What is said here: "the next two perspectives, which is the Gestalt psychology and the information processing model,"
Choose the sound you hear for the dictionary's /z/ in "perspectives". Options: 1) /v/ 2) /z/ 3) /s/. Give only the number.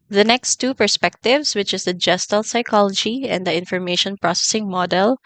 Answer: 3